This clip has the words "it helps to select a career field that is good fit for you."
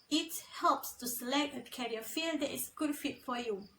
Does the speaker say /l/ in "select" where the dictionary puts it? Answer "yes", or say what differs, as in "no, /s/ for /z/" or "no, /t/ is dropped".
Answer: yes